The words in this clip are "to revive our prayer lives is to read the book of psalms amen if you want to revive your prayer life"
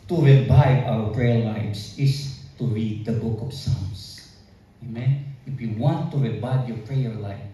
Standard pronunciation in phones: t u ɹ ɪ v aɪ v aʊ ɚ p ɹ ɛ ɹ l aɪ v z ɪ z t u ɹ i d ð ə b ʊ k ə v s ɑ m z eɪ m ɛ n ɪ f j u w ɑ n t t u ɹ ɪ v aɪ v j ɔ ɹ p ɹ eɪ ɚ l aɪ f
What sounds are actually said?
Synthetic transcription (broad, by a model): t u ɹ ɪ b aɪ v aʊ ɚ p ɹ ɛ ɹ l aɪ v s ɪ s t u ɹ i d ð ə b ʊ k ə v s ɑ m s eɪ m ɛ n ɪ f j u w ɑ n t t u ɹ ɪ b aɪ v j ɔ ɹ p ɹ eɪ ɚ l aɪ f